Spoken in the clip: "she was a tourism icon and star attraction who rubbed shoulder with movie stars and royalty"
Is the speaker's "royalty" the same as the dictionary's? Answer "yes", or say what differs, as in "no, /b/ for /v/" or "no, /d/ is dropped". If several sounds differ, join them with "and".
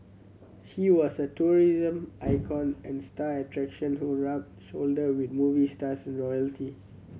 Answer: yes